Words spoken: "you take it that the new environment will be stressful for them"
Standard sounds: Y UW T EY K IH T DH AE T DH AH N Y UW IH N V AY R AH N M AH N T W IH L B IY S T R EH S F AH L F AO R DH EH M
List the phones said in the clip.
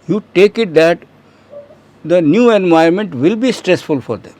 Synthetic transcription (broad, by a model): Y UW T EY K IH T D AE T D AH N Y UW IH N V AY AH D M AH N T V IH L B IY S T R EH S F AH L F AO R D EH M